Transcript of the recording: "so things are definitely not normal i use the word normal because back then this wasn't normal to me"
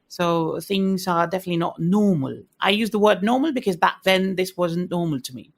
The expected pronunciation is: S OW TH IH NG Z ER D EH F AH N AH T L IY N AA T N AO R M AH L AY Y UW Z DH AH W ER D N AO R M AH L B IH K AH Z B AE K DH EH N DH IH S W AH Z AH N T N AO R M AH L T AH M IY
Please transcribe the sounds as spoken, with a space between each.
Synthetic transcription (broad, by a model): S OW TH IH NG Z ER D EH F AH N AH T L IY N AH T N AO R M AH L AY Y UW Z DH AH W ER D N AO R M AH L B IH K AH Z B AE K DH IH N DH IH S W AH Z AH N N AO R M AH L T AH M IY